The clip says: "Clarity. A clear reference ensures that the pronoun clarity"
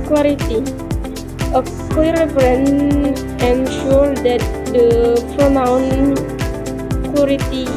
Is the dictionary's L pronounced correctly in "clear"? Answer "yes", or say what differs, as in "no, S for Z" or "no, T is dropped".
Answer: no, L is dropped